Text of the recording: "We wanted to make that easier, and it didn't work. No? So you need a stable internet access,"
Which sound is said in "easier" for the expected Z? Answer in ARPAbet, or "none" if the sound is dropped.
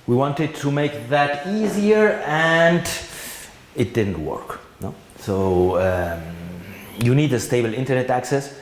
Z